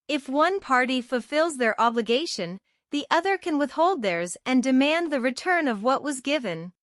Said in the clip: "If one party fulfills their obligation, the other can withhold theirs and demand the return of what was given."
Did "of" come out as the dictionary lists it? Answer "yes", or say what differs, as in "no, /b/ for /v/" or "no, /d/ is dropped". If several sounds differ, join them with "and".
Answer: yes